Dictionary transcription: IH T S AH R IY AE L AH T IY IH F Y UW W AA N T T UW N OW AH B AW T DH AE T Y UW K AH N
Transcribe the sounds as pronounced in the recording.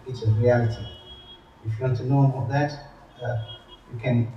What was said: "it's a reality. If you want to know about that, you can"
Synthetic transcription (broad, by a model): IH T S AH R IY AE L AH T IY IH F Y UW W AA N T T UW N OW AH AW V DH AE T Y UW K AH N